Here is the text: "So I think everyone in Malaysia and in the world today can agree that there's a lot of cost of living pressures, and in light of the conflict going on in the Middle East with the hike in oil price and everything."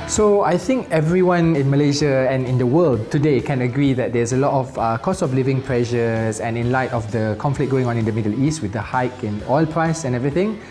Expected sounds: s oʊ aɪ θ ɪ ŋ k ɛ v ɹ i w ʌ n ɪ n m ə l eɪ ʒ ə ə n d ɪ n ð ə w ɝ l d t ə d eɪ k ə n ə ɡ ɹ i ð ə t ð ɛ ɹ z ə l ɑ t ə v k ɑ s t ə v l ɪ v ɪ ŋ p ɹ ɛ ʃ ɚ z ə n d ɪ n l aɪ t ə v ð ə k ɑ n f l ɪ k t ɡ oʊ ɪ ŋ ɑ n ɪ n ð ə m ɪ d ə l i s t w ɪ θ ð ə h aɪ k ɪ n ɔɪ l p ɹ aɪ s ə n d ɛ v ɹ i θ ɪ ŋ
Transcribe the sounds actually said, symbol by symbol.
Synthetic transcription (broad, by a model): s oʊ aɪ θ ɪ ŋ k ɛ v ɹ i w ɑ n ɪ n m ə l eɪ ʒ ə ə n ɪ n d ə w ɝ l d t ə d eɪ k ə n ə ɡ ɹ i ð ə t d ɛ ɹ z ə l ɑ t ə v k ɑ s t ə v l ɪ v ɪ ŋ p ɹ ɛ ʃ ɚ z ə n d ɪ n l aɪ t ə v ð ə k ɑ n f l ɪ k ɡ oʊ ɪ ŋ ɑ n ɪ n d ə m ɪ d ə l i s t w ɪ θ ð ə h aɪ k ɪ n ɔɪ l p ɹ aɪ s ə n ɛ v ɹ i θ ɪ ŋ